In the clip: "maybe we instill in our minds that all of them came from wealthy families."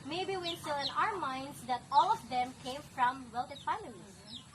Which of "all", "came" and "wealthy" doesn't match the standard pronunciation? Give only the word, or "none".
wealthy